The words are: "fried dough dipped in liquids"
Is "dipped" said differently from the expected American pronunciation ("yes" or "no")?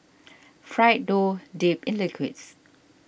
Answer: yes